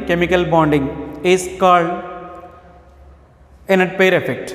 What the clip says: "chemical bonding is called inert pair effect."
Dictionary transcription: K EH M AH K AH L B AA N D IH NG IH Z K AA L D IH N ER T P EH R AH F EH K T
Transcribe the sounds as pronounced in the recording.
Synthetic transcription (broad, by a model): K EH M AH K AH L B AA N D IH NG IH S K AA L IH N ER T P EH R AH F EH K T